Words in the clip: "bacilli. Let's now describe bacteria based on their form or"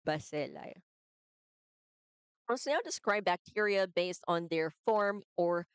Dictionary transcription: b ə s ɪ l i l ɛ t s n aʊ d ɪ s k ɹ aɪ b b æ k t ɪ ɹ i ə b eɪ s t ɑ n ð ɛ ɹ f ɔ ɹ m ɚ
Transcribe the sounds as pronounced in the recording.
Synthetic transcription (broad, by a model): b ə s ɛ l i w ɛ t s n aʊ d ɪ s k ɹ aɪ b b æ k t ɪ ɹ i ə b eɪ s t n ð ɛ ɹ f ɔ ɹ m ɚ